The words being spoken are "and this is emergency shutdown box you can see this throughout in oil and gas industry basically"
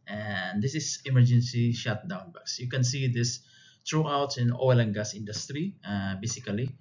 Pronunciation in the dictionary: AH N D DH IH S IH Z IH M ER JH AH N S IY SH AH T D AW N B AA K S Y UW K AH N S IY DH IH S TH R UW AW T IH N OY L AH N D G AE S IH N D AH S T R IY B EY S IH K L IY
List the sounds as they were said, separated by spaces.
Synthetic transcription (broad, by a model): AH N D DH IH S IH S IH M ER JH AH N S IY SH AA T D AW N B AA K S Y UW K AH N S IY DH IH S T R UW AW T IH N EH L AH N G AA S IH N D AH S T R IY B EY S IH K L IY